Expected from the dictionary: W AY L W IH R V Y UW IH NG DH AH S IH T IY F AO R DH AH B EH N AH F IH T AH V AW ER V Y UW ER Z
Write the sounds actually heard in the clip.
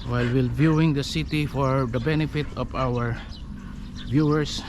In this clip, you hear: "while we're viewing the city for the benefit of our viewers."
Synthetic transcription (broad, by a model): W AY L W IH L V Y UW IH NG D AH S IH T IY F AO R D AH B EH N AH F IH T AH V AW ER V Y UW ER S